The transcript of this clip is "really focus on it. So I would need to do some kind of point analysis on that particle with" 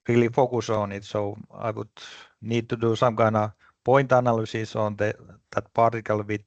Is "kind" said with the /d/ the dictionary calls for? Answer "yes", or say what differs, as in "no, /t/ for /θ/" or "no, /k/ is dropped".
no, /d/ is dropped